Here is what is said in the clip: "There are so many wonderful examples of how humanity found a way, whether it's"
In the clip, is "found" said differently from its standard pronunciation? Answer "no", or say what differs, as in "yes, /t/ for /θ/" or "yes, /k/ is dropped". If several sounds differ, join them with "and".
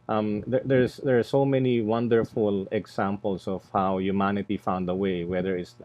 no